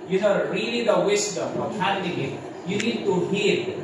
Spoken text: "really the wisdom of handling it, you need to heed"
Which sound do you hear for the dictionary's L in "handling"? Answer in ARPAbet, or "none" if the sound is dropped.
none